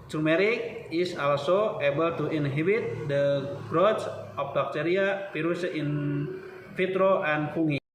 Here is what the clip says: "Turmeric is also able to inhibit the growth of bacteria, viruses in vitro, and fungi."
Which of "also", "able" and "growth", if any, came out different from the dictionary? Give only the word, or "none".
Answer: growth